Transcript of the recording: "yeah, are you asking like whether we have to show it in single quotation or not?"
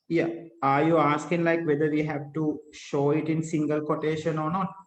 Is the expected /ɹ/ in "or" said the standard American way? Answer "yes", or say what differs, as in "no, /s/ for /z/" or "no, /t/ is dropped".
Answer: yes